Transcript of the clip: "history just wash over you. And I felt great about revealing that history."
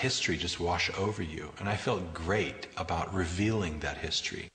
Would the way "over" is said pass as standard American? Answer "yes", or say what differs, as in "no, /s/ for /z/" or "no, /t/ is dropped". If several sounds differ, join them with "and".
yes